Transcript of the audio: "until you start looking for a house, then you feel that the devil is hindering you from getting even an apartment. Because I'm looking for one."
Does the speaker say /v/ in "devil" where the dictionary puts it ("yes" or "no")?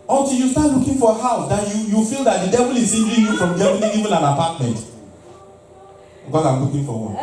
yes